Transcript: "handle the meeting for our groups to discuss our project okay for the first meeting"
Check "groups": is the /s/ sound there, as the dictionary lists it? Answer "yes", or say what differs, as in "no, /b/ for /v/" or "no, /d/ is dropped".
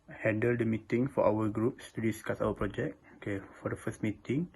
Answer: yes